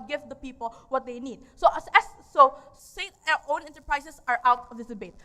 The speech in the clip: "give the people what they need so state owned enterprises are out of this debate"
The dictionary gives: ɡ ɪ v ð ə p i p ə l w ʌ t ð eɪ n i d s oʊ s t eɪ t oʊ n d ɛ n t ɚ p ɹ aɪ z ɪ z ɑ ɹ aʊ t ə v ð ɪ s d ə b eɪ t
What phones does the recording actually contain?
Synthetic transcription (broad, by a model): ɡ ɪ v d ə p i p ə l w ʌ t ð eɪ n i d s oʊ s s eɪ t oʊ n ɛ n t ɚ p ɹ aɪ s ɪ s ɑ ɹ aʊ t ə v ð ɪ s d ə b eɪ t